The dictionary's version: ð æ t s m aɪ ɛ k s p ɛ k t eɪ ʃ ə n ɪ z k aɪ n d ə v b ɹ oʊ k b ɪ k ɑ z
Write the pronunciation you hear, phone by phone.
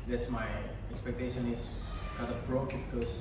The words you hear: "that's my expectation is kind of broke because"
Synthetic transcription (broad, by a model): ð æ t s m aɪ ɛ k s p ɛ k t eɪ ʃ ə n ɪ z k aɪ d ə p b ɹ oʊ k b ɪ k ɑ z